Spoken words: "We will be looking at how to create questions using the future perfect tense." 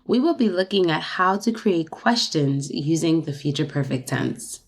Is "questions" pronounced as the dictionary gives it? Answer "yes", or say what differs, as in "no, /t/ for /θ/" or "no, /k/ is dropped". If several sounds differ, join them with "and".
yes